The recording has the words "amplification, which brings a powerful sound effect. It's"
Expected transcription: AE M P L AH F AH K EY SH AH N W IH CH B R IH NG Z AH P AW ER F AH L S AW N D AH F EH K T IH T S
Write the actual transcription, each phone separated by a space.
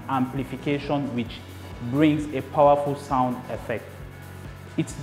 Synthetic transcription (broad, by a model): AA M P L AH F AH K EY SH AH N W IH CH B R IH NG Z AH P AW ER F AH L S AW N D AH F EH K T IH T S